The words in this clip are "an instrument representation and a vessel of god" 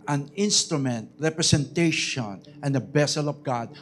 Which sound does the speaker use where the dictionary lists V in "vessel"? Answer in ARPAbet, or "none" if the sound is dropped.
B